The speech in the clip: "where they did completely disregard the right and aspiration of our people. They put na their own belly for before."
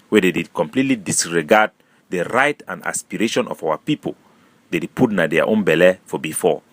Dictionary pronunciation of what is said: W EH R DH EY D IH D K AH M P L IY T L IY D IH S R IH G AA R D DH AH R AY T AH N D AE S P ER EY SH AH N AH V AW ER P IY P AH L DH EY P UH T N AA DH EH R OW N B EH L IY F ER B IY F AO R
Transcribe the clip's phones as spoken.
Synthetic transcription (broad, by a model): W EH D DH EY D IH D K AH M P L IY T L IY D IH S R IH G AA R D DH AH R AY T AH N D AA S P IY EY SH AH N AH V AW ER P IY P AH L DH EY P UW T N AA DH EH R OW N B EH L IY F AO B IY F AO